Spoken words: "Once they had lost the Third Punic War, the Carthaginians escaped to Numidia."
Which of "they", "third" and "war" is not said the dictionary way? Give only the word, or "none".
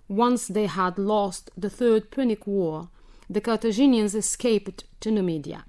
none